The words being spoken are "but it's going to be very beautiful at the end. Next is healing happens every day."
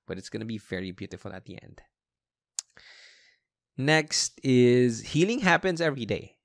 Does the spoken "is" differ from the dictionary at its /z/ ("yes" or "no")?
no